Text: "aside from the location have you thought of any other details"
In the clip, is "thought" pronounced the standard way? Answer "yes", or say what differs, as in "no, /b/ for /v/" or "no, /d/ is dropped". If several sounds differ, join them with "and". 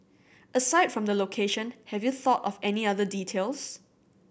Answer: yes